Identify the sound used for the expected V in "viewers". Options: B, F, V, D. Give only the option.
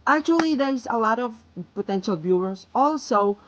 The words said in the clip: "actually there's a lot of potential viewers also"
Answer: B